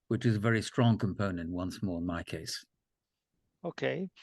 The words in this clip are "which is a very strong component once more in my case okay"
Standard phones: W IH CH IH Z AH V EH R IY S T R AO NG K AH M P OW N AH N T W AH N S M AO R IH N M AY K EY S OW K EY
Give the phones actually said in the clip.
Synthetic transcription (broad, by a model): W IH CH IH Z AH V EH R IY S T R AO NG K AH M P OW N AH N T W AH N S M AO R IH N M AY K EY S OW K EY